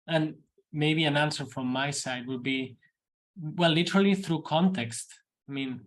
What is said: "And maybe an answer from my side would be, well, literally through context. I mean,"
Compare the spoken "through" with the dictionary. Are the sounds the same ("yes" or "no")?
yes